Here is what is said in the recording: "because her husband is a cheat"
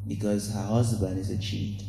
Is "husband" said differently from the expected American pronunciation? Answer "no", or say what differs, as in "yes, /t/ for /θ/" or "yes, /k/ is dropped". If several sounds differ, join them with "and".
yes, /d/ is dropped